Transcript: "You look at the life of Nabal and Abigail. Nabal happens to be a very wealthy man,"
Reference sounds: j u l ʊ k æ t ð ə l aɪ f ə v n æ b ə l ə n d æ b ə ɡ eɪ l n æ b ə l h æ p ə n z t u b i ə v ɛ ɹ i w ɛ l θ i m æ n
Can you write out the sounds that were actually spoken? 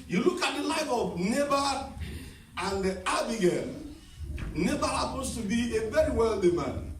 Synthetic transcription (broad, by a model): j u l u k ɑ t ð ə l aɪ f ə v n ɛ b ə ə n d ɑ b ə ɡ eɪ n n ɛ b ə h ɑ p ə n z t u b i ə v ɛ ɹ i w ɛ l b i m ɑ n